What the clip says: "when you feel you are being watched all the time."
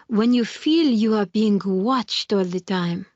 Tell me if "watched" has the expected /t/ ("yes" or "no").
yes